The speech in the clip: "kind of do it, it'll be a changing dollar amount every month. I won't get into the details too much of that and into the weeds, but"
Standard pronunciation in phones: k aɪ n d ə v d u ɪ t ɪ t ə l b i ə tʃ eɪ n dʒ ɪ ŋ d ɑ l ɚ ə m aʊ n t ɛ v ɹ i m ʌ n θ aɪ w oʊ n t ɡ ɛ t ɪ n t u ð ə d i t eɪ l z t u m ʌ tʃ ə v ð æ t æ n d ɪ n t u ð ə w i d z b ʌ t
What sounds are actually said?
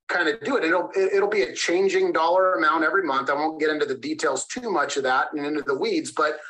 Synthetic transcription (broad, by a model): k aɪ n d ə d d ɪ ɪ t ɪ t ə l b i ə tʃ eɪ n dʒ ɪ ŋ d ɑ l ɚ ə m aʊ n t ɛ v ɹ i m ʌ n θ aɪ w oʊ n ɡ ɛ t ɪ n t u ð ə d i t eɪ l z t u m ʌ tʃ ə v ð æ t n ɪ n t u ð ə w i d z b ʌ t